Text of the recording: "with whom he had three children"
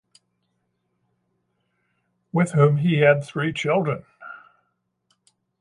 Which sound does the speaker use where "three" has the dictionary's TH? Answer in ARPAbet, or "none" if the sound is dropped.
TH